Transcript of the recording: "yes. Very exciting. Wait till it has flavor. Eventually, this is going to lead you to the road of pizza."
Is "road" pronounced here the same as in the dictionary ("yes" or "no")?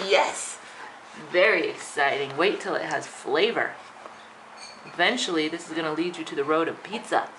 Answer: yes